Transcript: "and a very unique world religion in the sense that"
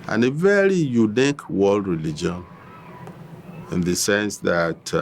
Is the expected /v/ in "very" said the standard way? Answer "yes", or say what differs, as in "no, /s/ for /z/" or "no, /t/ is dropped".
yes